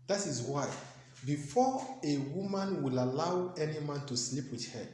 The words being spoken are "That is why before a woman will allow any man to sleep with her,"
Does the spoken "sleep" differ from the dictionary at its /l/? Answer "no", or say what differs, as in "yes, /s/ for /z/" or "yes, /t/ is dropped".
no